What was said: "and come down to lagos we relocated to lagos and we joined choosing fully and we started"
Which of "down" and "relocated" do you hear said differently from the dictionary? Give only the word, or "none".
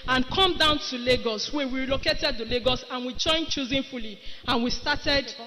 relocated